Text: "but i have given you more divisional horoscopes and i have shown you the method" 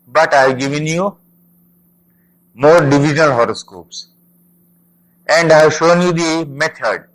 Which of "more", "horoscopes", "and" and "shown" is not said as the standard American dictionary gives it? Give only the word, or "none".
none